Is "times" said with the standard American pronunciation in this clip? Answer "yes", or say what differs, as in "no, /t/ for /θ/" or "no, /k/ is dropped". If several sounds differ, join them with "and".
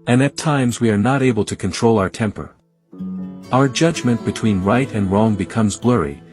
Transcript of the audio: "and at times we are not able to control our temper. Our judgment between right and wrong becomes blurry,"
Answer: yes